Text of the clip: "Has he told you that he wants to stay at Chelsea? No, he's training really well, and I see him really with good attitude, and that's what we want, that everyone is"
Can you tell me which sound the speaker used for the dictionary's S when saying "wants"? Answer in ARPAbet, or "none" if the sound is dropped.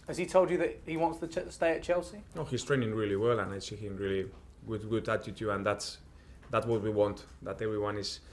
S